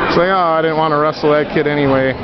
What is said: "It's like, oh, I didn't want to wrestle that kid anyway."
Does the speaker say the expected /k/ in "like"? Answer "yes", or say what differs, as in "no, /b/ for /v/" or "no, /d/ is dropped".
no, /k/ is dropped